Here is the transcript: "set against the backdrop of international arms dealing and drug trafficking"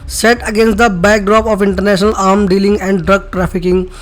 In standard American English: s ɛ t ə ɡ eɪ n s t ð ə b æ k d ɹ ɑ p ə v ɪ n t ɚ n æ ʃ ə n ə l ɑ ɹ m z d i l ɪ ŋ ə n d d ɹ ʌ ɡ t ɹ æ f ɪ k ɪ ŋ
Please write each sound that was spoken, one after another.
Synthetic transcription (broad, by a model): s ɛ t ə ɡ eɪ n s t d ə b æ k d ɹ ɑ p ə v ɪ n t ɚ n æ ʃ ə n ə l ɑ ɹ m d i l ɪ ŋ ə n d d ɹ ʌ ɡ t ɹ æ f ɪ k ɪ ŋ